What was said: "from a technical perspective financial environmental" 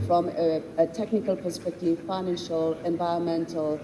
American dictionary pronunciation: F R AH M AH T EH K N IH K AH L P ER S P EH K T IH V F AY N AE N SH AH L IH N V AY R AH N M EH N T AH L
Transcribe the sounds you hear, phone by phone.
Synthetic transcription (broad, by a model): F R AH M AH T EH K N IH K AH L P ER S P EH K T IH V F AY N AE N SH AH L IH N V AY R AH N M EH N T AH L